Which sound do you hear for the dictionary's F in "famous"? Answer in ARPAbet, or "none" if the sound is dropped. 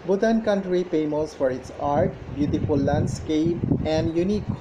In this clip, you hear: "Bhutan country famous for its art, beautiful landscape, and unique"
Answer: P